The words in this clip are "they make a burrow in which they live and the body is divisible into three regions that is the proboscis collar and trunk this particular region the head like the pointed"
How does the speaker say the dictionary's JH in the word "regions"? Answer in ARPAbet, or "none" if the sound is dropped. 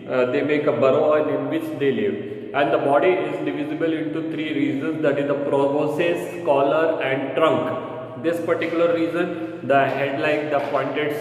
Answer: Z